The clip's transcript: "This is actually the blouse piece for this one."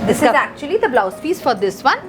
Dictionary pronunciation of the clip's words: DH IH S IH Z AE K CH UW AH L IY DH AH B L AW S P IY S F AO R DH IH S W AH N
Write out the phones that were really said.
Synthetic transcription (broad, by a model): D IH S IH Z AE K CH UW AH L IY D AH B L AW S F IY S F AO R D IH S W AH N